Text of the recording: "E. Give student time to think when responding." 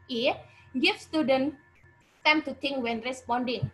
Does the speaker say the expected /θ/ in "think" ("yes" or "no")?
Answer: no